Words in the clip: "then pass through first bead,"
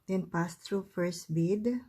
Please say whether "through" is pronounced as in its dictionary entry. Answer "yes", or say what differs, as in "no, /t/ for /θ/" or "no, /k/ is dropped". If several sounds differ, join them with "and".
no, /t/ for /θ/